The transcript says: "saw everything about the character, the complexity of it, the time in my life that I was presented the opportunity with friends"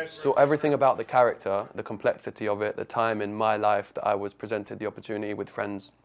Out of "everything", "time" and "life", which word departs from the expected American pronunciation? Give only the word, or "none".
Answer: none